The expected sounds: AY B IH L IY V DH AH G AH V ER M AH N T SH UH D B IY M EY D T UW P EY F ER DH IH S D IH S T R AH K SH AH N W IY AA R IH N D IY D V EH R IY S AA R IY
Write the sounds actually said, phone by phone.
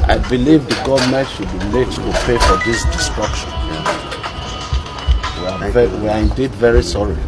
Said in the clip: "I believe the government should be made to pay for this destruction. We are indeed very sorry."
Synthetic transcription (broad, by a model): AY B IH L IY V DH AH G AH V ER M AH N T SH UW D B IY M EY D T UW P EY F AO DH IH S D IH S T R AH K SH AH N W IY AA W IH N D IY D V EH R IY S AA R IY